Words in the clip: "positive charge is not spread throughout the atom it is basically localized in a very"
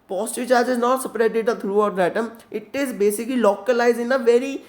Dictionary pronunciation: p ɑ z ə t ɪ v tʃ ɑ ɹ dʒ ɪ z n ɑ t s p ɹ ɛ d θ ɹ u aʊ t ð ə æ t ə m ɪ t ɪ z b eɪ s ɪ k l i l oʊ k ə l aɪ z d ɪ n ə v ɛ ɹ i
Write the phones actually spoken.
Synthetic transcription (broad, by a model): p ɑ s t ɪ tʃ ɑ ɹ dʒ ɪ z n ɑ t s p ɹ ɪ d t ɹ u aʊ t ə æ t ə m ɪ t ɪ z b eɪ s ɪ k l i l oʊ k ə l aɪ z ɪ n ə v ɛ ɹ i